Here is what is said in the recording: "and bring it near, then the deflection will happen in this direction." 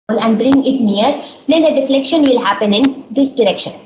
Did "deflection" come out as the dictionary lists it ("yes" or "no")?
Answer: yes